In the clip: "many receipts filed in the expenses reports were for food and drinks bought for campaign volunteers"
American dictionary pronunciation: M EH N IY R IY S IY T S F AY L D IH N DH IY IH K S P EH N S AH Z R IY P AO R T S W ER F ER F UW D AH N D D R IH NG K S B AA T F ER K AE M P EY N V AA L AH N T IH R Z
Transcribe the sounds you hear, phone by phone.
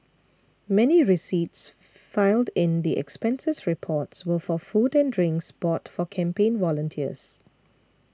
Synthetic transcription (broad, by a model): M EH N IY R IY S IY T S F AY L D IH N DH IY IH K S P EH N S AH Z R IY P AO T S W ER F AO F UW D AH N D D R IH NG K S B AA T F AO K AE M P EY N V AA L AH N T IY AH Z